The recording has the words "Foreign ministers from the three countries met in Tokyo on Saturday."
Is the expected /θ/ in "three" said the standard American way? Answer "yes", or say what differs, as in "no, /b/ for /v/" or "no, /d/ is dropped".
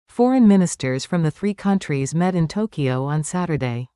yes